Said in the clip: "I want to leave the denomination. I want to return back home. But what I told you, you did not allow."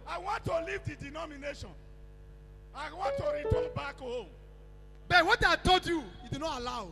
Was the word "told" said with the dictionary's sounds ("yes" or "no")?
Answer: no